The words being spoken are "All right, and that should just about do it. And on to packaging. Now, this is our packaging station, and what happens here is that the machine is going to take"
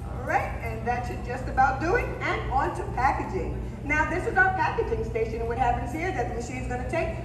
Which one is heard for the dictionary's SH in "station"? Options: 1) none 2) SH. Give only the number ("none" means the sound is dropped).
1